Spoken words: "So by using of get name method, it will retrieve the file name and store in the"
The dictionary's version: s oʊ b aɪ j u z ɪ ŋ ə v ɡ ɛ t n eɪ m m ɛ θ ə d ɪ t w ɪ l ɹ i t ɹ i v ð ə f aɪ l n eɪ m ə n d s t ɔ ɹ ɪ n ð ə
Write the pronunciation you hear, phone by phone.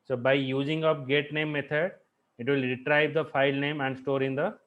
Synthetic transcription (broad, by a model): s oʊ b aɪ j u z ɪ ŋ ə p ɡ ɛ t n eɪ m m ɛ t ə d ɪ t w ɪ l ɹ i t ɹ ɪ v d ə f aɪ l n eɪ m ə n d s t ɔ ɹ ɪ n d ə